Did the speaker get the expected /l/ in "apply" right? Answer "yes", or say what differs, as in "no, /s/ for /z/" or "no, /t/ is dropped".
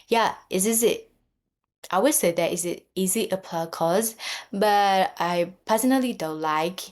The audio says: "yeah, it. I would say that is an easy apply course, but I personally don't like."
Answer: no, /l/ is dropped